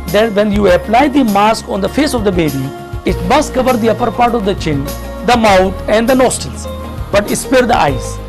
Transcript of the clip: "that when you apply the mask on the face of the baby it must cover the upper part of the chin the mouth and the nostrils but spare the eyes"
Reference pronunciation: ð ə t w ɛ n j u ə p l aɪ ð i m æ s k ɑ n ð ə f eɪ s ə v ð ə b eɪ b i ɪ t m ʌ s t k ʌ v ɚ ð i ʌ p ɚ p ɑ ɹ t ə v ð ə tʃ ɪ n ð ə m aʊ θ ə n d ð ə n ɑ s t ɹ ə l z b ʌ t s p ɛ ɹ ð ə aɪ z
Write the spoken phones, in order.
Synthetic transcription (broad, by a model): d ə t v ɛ n j u ə p l aɪ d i m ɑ s k ɑ n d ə f eɪ s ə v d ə b eɪ b i ɪ t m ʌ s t k ʌ v ɚ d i ʌ p ɚ p ɑ ɹ t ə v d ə tʃ ɪ n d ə m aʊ t ə n d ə n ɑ s t ə l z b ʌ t s p ɛ ɹ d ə aɪ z